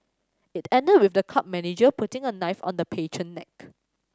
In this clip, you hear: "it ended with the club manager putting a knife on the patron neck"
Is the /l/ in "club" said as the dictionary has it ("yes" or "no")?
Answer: no